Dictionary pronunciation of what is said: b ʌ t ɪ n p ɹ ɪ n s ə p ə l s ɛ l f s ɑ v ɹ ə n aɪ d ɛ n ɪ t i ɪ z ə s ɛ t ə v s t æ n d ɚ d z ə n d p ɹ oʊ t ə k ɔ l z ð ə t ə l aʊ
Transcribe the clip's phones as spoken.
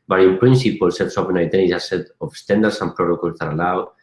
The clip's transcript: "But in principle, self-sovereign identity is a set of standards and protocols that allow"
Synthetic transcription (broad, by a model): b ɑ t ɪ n p ɹ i n s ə p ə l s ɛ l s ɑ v ə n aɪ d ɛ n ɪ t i s ɛ t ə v s t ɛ n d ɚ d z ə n p ɹ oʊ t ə k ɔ l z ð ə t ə l aʊ